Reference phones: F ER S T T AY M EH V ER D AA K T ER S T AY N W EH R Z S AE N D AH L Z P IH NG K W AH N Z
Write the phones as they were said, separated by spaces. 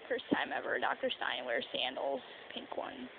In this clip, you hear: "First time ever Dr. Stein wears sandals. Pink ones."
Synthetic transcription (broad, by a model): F ER S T T AY M EH V ER D AA K T ER S T AY N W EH R S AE N D L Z P IH NG K W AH N